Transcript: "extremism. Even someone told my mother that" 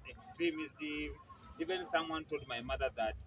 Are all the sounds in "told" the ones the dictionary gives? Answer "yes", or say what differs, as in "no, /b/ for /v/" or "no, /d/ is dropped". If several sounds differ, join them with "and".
yes